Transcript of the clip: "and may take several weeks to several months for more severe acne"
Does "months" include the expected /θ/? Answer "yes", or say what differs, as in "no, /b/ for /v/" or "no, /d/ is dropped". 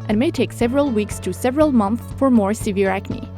yes